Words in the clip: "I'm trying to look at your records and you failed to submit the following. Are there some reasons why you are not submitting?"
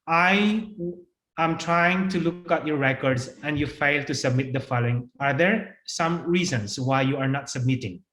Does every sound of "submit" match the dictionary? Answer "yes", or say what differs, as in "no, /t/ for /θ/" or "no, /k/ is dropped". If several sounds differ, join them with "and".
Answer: yes